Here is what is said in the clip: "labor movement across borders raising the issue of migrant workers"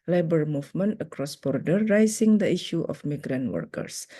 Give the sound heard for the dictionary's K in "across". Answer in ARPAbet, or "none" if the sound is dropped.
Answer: K